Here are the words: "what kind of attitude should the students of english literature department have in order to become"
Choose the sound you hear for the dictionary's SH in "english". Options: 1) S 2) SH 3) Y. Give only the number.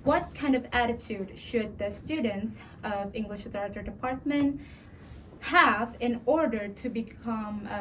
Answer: 2